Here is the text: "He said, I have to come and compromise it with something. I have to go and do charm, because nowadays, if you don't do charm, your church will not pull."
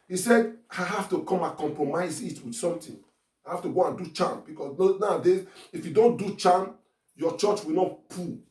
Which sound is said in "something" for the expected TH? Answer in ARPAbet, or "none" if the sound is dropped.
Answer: T